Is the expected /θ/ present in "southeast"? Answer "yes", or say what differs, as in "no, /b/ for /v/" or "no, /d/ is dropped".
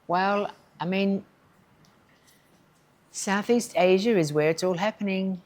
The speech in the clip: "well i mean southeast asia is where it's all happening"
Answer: yes